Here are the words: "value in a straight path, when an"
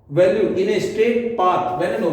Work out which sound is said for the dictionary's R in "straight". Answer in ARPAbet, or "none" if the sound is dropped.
none